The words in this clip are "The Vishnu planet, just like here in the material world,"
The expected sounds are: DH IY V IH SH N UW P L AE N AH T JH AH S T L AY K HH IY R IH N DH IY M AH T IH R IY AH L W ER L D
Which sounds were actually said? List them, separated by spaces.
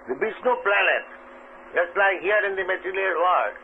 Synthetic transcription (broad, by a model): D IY B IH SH N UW P L AE N AH T JH AH S T L AY K HH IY R IH N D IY M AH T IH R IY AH L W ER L D